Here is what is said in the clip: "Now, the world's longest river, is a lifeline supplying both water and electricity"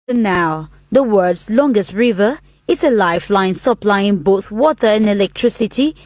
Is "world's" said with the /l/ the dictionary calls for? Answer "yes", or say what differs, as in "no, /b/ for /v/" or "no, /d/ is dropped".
no, /l/ is dropped